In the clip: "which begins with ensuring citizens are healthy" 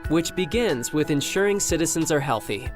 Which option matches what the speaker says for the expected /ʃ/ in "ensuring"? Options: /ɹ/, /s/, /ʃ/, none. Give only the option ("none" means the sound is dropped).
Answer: /ʃ/